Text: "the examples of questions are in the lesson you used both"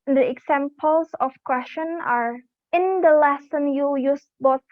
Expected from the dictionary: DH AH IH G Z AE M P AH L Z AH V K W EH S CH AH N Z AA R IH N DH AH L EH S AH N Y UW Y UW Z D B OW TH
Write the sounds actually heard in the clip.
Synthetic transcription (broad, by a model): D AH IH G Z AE M P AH L S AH F K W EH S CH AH N AA R IH N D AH L EH S AH N Y UW Y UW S B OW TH